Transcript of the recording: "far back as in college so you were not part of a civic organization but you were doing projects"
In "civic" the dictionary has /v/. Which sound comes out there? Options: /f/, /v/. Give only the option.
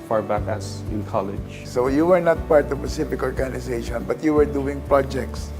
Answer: /f/